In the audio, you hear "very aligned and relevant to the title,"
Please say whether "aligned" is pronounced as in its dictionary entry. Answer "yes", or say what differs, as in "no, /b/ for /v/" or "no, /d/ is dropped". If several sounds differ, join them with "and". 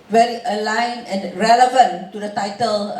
no, /d/ is dropped